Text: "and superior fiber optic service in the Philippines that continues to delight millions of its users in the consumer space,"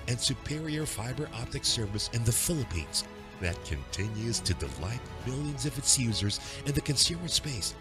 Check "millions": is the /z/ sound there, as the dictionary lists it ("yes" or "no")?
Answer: yes